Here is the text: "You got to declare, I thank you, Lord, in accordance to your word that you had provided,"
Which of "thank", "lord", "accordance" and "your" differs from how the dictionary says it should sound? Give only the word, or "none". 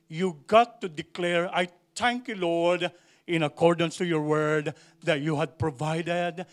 thank